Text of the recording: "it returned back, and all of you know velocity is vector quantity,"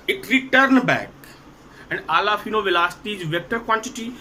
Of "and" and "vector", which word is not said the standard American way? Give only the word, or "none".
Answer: none